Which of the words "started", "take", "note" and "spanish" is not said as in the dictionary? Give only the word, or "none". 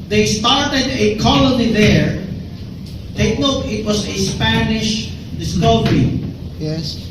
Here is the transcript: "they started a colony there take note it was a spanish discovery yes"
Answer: note